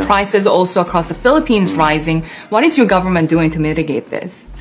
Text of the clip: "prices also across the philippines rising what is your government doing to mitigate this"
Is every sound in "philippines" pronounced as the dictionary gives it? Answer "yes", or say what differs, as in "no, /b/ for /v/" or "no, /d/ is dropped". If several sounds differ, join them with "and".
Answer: yes